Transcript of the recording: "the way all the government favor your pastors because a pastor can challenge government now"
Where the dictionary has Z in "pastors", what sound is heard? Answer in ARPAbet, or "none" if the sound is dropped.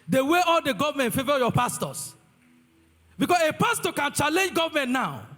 S